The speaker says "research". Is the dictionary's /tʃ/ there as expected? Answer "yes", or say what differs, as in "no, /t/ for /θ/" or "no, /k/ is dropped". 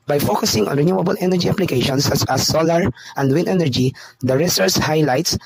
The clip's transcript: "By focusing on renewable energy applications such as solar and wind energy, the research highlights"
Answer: no, /s/ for /tʃ/